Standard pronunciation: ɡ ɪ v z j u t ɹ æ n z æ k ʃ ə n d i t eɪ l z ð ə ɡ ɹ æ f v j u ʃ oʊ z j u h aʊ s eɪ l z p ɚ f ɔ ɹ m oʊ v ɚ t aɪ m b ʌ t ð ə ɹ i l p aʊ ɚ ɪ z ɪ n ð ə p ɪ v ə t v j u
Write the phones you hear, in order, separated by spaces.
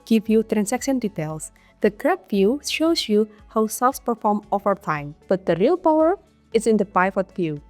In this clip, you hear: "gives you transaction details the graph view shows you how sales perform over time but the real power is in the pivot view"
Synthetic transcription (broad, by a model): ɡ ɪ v j u t ɹ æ n s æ k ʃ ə n d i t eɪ l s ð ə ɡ ɹ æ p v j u ʃ oʊ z j u h aʊ s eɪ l s p ɚ f ɔ ɹ m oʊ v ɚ t aɪ m b ʌ t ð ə ɹ i l p aʊ ɚ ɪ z ɪ n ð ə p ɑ f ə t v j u